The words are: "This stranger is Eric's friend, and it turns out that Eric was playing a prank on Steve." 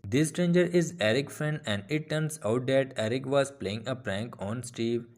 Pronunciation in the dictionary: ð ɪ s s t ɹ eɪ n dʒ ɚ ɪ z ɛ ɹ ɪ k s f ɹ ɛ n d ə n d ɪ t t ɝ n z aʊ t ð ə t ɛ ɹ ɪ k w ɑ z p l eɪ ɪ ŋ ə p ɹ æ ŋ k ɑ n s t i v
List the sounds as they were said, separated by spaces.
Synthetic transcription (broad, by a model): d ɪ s s t ɹ eɪ n dʒ ɚ ɪ z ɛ ɹ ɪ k f ɹ ɛ n d ə n d ɪ t t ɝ n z aʊ t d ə t ɛ ɹ ɪ k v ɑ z p l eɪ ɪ ŋ ə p ɹ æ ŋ k ɑ n s t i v